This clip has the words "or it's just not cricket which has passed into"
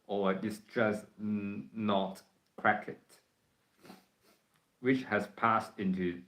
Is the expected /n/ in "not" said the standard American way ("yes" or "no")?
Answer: yes